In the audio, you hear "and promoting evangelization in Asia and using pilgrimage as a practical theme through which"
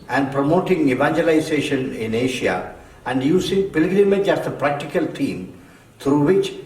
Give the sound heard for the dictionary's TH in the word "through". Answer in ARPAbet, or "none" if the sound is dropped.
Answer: T